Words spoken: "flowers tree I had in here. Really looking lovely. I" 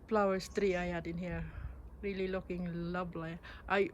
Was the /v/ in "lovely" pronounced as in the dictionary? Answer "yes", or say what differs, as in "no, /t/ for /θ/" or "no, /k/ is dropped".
no, /b/ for /v/